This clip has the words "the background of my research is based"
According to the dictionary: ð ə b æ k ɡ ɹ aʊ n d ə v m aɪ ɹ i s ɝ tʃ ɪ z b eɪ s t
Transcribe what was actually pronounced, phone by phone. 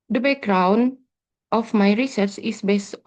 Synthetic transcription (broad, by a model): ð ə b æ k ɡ ɹ aʊ n ə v m aɪ ɹ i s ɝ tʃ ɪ s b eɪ s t